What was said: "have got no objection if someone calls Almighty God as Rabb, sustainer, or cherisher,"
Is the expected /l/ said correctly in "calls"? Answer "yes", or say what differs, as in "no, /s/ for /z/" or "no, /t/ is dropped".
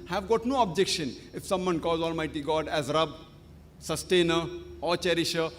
no, /l/ is dropped